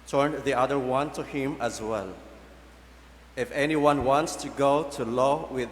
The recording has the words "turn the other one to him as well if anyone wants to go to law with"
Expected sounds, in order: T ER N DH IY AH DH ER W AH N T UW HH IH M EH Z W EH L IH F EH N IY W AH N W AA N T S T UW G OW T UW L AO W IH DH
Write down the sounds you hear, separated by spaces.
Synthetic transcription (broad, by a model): T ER N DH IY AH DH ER W AH N T UW HH IH M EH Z W EH L IH F EH N IY W AH N W AA N T S T UW G OW T UW L AO W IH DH